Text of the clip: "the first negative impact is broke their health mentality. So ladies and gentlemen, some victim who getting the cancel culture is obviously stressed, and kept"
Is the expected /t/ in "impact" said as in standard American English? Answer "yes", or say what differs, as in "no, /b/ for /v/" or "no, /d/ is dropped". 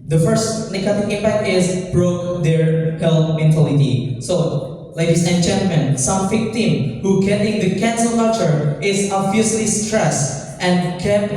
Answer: yes